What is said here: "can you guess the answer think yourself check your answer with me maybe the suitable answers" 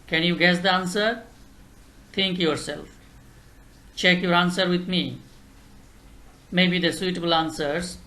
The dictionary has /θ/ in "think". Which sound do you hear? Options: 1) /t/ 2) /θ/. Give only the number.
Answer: 1